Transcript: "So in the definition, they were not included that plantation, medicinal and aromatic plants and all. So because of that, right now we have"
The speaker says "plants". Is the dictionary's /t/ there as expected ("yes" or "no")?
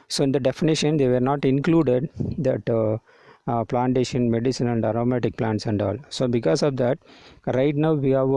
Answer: yes